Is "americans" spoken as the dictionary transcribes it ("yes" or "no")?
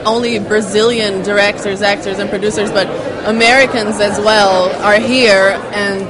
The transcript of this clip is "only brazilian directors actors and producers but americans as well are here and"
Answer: yes